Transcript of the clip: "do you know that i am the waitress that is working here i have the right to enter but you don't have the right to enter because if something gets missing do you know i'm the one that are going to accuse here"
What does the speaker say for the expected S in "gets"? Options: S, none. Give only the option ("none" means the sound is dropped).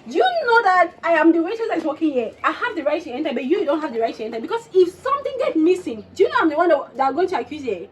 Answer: none